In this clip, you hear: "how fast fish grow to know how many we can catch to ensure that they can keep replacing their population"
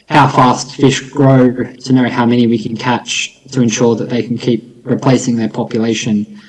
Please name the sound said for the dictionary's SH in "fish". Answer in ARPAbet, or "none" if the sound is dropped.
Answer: SH